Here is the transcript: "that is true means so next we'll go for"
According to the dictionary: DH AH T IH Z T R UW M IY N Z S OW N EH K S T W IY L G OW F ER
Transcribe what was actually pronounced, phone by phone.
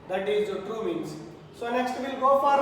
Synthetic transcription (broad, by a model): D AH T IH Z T UW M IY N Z S OW N EH K S T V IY L G OW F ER